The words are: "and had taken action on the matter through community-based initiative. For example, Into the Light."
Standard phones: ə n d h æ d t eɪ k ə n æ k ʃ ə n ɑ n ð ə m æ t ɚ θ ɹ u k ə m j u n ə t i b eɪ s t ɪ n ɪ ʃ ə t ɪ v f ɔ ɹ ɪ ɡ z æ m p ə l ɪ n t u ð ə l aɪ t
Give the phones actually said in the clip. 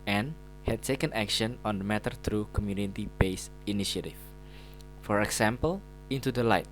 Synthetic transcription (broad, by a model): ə n h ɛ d t eɪ k ə n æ k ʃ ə n ɑ n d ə m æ t ɚ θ ɹ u k ə m j u n ə t i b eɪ s ɪ n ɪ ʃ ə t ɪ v f ɔ ɹ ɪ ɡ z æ m p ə l ɪ n t u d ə l aɪ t